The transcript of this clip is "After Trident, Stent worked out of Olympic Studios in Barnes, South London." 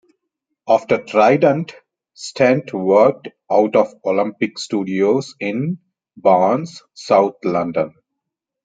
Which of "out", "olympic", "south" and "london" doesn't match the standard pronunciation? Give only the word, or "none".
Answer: south